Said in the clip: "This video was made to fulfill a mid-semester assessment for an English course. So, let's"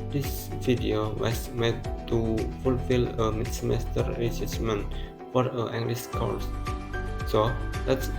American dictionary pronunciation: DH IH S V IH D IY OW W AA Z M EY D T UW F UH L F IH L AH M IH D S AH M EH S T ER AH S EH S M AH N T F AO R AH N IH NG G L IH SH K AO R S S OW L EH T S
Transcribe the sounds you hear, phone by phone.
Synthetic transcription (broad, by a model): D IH S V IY D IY OW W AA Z M EY D T UW F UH L F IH L AH M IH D S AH M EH S T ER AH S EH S M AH N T F AO R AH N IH NG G L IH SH K AO L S S OW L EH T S